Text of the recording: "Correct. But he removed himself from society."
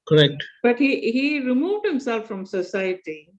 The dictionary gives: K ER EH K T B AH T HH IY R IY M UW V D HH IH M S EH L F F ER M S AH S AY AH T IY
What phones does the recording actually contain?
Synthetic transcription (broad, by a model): K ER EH K T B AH T HH IY R IY M UW V D HH IH M S EH L F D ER M S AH S AY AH T IY